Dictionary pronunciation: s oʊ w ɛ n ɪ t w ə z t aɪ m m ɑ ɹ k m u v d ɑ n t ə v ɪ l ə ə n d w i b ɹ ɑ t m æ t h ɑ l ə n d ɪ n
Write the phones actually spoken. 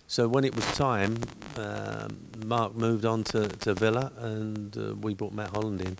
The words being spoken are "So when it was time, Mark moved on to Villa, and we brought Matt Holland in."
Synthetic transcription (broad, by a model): s oʊ w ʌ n ɪ t w ə z t aɪ m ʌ ɑ ɹ k m u v d n t ə v ɪ l ə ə n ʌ w i b ɑ t m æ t h ɑ l ə n d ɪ n